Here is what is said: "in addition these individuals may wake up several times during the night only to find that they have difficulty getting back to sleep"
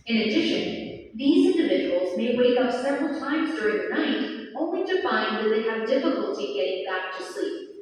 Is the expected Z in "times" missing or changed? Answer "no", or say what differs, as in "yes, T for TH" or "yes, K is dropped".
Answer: no